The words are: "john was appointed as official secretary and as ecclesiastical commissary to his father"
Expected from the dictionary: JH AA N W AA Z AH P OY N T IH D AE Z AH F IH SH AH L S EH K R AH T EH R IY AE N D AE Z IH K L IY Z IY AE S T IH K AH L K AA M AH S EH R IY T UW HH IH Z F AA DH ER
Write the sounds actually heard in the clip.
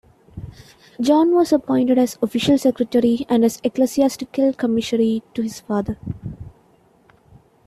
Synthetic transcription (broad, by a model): JH AA N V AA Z AH P OY N T IH D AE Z AH F IH SH AH L S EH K R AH T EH R IY AE N D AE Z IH K L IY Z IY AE S T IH K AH L K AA M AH SH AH R IY T UW HH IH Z F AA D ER